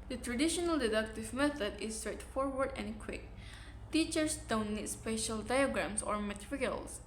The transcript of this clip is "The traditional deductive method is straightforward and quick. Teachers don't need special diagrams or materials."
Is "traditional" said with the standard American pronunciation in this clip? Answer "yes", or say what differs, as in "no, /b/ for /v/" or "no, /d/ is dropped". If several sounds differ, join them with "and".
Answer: yes